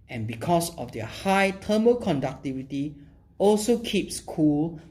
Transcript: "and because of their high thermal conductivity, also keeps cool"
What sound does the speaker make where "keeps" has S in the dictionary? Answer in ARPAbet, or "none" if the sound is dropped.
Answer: S